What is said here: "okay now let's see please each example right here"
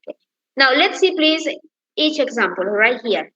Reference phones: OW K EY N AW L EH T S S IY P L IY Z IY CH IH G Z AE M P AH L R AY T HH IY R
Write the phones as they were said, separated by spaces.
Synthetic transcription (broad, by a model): K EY N AW L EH T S S IY P L IY Z IY CH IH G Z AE M P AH L R AY T HH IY R